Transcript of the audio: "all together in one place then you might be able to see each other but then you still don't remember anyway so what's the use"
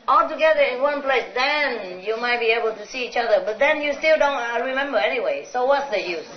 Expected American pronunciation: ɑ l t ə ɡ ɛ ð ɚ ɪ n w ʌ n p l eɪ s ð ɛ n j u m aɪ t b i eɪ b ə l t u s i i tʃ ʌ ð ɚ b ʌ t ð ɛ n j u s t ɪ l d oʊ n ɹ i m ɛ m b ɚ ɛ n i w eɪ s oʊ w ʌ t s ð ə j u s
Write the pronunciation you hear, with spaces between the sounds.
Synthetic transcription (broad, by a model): ɑ l t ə ɡ ɛ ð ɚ ɪ n w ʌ n p l eɪ s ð ɛ n j u m aɪ t b i eɪ b ə l t u s i i tʃ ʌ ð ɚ b ʌ t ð ɛ n j u s t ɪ l d oʊ n ɹ i m ɛ m b ɚ ɛ n i w eɪ s oʊ w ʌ t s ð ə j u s